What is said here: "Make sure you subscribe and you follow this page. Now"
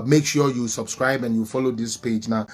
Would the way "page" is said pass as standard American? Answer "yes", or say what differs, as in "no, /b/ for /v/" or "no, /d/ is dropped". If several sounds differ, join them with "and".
yes